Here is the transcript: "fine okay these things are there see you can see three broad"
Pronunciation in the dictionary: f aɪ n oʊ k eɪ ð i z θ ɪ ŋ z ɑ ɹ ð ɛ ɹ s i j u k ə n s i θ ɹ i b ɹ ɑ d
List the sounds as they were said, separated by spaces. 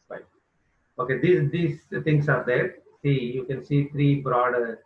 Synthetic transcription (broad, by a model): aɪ oʊ k eɪ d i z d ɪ ŋ s ɑ ɹ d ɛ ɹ s i j u k ə n s i t ɹ i b ɹ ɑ d